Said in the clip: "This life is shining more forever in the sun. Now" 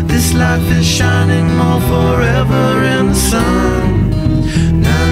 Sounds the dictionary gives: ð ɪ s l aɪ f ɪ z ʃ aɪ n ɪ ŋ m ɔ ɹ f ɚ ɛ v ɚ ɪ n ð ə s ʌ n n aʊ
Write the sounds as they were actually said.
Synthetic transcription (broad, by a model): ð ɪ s l aɪ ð ɪ z ʃ aɪ n ɪ ŋ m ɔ l f ɚ ɛ v ɚ ɪ n ð ə s ʌ n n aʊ